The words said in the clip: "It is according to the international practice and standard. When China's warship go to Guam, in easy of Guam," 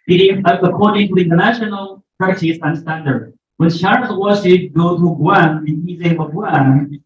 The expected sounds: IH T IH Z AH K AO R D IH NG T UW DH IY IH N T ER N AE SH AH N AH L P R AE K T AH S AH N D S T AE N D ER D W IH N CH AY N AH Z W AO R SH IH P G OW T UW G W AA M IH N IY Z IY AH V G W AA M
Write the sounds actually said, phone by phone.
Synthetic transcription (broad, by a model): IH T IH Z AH K AO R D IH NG T UW DH IY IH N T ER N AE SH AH N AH L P AA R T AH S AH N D S T AE N D ER D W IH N SH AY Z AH W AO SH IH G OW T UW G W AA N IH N IY Z IY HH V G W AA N